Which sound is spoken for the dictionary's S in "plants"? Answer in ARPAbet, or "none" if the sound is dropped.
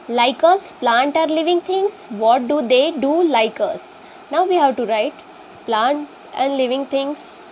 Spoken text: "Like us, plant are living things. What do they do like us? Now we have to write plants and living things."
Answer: none